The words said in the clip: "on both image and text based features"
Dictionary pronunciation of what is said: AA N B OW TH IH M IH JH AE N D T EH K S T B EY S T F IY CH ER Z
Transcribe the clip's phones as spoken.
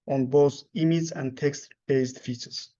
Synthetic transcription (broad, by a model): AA N B OW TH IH M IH Z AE N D T EH K S T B EY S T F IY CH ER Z